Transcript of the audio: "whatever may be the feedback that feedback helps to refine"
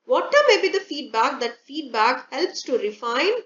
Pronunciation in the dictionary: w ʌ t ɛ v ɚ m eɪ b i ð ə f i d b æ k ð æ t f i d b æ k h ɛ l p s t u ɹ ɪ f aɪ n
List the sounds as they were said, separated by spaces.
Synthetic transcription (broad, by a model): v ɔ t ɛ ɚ m eɪ b i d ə f i d b æ k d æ t f i d b æ k h ɛ l p s t u ɹ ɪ f aɪ n